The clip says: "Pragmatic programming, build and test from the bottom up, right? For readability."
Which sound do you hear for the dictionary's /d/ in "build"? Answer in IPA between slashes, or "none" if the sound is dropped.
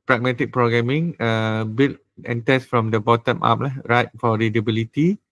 none